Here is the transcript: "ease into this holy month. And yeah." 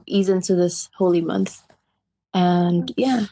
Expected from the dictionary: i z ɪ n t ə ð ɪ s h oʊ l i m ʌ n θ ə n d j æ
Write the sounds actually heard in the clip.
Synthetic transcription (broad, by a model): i z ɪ n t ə ð ɪ s h oʊ l i m ʌ n θ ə n j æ